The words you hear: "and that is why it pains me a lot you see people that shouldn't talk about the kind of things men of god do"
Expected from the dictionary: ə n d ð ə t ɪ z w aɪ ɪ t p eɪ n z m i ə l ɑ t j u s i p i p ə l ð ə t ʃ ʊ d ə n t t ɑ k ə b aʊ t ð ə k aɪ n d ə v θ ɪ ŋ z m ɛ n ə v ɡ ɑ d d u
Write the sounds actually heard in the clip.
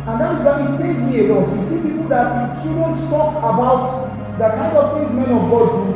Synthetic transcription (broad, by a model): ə n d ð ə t ɪ z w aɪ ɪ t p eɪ z m i ə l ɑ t j u s i p i p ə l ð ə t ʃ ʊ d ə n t t ɑ k ə b aʊ t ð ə k aɪ n d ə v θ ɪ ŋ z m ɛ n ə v ɡ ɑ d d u